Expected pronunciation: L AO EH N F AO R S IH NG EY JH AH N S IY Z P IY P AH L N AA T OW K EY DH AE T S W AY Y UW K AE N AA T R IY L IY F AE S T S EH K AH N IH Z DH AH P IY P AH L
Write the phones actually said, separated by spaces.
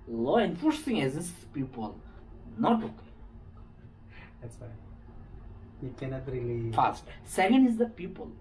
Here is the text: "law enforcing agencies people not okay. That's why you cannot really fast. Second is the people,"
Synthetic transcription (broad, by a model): L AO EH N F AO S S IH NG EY Z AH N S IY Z P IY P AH L N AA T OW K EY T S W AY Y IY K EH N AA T R IY L IY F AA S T S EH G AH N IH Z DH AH P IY P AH L